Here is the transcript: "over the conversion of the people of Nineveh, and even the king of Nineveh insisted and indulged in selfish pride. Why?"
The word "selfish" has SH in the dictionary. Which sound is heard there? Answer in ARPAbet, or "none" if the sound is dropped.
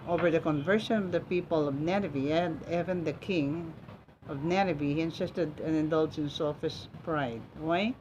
S